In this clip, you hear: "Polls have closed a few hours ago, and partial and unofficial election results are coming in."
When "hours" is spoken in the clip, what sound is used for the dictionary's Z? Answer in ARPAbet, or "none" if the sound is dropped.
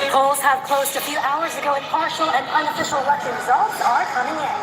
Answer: Z